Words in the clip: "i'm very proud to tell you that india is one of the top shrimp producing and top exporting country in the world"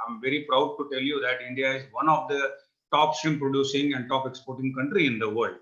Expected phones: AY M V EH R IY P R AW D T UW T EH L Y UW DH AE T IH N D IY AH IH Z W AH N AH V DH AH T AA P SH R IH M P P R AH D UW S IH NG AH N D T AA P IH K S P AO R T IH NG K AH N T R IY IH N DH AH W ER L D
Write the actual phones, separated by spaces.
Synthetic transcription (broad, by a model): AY M V EH R IY P R AW D T UW T EH L Y UW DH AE T IH N D IY AH IH Z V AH N AH V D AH T AA P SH IH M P P R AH D UW S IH NG AH N D T AA P IH K S P AO R T IH NG K AH N T R IY IH N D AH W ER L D